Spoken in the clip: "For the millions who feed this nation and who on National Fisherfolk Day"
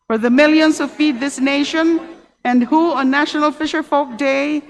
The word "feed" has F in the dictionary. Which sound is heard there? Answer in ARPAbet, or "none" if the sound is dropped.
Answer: F